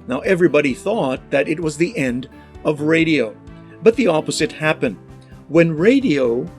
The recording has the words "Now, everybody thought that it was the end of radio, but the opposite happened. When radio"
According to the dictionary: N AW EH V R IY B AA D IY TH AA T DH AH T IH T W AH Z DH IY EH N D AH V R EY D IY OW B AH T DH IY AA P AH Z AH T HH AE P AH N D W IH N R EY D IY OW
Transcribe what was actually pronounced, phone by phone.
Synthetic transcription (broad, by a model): N AW EH V R IY B AA D IY TH AA T DH AH T IH T W AH Z DH IY EH N D AH V R EY D IY OW B AH T DH IY AA P AH Z AH T HH AE P AH N D W IH N R EY D IY OW